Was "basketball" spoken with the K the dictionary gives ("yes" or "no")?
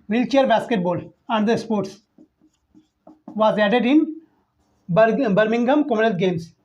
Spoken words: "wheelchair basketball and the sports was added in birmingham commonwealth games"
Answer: yes